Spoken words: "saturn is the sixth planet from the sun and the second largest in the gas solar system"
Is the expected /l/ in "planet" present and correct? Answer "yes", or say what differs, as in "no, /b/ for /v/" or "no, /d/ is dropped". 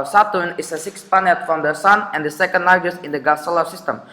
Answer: no, /l/ is dropped